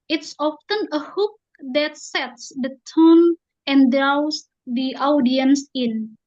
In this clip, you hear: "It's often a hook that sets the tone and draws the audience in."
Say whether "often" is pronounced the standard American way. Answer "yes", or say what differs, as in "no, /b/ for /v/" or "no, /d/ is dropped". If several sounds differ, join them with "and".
yes